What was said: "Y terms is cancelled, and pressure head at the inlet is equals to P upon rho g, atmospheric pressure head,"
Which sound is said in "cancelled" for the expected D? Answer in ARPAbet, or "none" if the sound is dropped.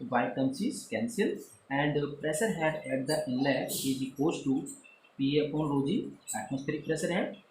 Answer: none